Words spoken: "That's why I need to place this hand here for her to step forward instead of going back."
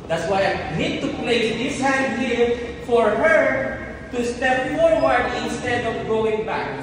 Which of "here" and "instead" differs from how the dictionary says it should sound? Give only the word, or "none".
here